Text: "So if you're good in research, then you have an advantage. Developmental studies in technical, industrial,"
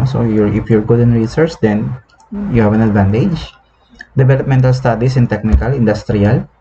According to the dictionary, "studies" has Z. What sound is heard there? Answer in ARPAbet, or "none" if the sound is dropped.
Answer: S